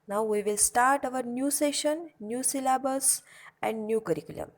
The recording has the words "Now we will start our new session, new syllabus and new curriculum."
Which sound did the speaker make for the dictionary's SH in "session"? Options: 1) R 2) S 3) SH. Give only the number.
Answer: 3